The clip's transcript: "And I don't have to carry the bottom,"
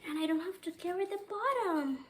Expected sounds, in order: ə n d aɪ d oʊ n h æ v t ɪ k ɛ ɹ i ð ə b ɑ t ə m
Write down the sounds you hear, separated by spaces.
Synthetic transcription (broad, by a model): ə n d aɪ d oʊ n h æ f t ɪ k ɛ ɹ i ð ə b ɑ t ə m